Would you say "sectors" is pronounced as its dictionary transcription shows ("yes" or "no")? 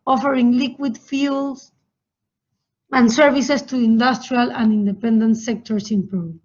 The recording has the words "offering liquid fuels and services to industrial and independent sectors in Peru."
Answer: no